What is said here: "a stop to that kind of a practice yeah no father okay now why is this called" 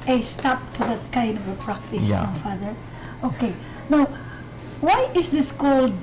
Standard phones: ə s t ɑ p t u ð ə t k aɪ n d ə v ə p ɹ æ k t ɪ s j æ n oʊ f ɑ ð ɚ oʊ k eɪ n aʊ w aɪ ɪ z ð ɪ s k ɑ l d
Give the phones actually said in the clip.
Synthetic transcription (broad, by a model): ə s t ɑ p t u ð ə t k aɪ n d ə v ə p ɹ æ k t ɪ j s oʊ f ɑ ð ɚ oʊ k eɪ n aʊ w aɪ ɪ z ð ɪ s k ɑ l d